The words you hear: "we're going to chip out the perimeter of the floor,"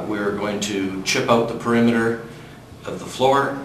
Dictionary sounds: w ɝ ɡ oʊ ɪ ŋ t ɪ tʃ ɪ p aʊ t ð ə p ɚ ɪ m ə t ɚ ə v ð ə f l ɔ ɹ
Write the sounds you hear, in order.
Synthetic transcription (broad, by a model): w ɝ ɡ oʊ ɪ ŋ t ɪ tʃ ɪ p aʊ t ð ə p ɚ ɪ m ə t ɚ ə v ð ə f l ɔ ɹ